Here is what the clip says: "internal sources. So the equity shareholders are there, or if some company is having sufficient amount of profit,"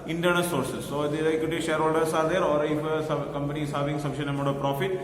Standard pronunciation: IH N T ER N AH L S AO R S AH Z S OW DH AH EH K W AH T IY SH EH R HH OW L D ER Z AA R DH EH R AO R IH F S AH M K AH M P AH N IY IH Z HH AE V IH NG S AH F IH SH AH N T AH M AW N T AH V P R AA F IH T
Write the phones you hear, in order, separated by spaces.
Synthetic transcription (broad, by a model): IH N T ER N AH S AO R S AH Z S OW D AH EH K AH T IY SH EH R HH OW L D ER S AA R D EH R AO R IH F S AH K AH M P AH N IY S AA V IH NG S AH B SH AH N AH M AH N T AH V P R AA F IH T